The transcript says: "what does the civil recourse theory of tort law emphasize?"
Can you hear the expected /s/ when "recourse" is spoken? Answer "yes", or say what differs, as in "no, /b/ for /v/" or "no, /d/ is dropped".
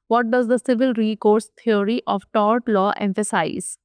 yes